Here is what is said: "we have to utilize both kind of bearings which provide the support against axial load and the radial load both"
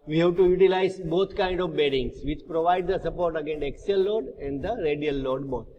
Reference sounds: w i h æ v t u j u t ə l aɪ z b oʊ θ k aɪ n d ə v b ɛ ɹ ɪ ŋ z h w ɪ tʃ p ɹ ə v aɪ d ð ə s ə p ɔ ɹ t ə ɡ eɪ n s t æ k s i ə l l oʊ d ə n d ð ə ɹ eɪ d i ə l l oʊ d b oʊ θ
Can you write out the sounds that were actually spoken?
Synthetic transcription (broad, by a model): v i h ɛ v t u j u t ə l aɪ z b oʊ t k aɪ n d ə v b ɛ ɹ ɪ ŋ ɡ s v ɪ tʃ p ɹ ə v aɪ d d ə s ə p ɔ ɹ t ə ɡ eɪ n t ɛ k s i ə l l oʊ d ə n d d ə ɹ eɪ d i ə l l oʊ d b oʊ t